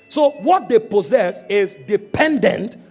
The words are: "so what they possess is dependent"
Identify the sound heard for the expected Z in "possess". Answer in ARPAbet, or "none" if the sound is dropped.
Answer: Z